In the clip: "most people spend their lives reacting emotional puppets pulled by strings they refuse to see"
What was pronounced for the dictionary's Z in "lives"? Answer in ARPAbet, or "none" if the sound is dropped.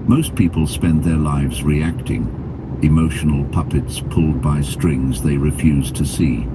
Z